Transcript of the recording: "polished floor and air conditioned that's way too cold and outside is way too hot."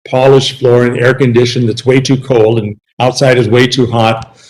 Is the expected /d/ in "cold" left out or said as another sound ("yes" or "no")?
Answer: no